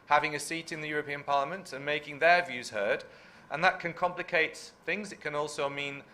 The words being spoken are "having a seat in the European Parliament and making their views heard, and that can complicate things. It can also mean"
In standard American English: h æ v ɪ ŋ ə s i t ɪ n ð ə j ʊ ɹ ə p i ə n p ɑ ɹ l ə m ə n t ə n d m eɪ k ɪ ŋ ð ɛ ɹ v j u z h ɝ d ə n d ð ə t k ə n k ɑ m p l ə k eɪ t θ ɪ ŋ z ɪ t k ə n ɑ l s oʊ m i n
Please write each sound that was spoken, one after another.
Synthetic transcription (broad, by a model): h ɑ v ɪ ŋ ə s i t ɪ n ð ə j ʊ ɹ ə p i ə n p ɑ ɹ l ə m ə n t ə n m eɪ k ɪ ŋ ð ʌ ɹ v j u z h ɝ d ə n ð ə t k ə n k ɑ m p l ə k eɪ t θ ɪ ŋ z ɪ t k ə n ɑ l s oʊ m i n